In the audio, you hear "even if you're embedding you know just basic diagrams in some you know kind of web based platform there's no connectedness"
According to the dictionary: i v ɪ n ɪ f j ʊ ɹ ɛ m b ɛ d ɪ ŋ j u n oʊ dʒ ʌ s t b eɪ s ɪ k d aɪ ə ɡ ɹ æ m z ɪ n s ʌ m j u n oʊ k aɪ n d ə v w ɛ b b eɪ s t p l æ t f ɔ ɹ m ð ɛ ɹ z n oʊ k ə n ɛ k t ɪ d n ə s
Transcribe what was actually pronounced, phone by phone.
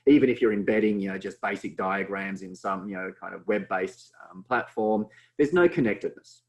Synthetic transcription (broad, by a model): i v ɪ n ɪ f j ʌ ɹ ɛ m b ɛ d ɪ ŋ j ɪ n oʊ dʒ ʌ s b eɪ s ɪ k d aɪ ə ɡ ɹ æ m z ɪ n s ʌ m j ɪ n oʊ k aɪ n d ə v w ɛ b b eɪ s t p l æ t f ɔ ɹ m ð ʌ ɹ z n oʊ k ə n ɛ k t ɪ d n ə s